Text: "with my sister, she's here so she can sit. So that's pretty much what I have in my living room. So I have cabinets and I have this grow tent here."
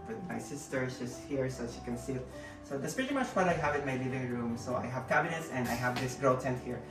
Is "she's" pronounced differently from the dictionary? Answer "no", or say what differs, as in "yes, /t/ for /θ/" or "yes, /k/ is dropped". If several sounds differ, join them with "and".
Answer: yes, /s/ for /z/